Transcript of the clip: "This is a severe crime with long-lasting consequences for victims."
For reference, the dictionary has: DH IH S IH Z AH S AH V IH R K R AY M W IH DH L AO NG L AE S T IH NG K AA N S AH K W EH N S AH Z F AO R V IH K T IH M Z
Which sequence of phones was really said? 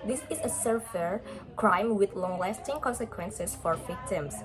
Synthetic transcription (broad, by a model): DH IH S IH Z AH S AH F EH R K R AY M W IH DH L AO NG L AE S T IH NG K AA N S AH K W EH N S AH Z F AO R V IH K T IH M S